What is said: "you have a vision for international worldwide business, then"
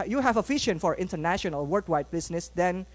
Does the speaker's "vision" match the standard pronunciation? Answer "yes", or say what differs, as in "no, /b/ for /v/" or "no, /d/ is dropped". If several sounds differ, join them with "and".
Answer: no, /f/ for /v/ and /ʃ/ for /ʒ/